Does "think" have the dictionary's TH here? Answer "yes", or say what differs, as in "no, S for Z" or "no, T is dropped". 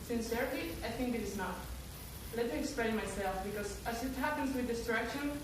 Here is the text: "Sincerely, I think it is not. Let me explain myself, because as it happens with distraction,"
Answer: yes